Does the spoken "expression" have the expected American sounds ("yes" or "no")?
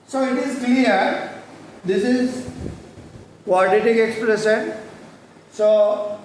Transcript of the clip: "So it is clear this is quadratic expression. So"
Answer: no